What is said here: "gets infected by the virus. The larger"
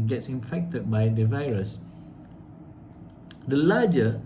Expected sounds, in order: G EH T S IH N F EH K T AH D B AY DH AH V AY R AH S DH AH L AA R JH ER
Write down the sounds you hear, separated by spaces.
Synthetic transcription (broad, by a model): G EH T S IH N F EH K T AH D B AY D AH V AY R AH S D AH L AA JH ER